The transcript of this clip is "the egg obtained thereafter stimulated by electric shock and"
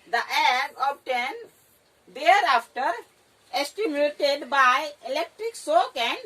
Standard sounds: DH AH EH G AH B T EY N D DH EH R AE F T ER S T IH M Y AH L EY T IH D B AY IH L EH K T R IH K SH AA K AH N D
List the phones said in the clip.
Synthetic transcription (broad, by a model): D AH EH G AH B T EY N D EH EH R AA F T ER S T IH M Y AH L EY T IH D B AY IH L EH K T R IH K S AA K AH N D